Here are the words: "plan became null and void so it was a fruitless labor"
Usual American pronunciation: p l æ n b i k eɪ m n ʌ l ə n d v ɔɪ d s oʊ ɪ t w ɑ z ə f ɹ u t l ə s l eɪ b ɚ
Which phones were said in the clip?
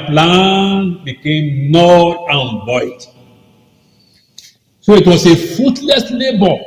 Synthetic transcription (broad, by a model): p l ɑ n b i k eɪ m n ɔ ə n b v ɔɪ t s oʊ ɪ t w ɑ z ə f u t l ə s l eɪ b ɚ